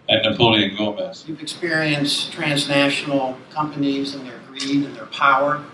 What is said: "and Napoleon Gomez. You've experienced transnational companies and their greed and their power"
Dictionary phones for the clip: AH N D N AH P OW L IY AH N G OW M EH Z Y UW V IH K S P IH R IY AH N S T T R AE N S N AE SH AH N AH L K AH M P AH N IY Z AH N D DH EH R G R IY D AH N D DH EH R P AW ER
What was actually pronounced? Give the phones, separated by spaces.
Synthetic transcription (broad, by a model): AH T N AH P OW L IY AH N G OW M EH S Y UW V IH K S P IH R IY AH N S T T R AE N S N AE SH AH N L K AH M P AH N IY Z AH N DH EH R G R IY D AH N DH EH R P AW ER